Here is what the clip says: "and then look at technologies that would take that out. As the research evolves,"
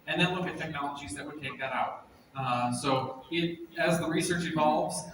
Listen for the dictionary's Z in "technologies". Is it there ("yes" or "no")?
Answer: yes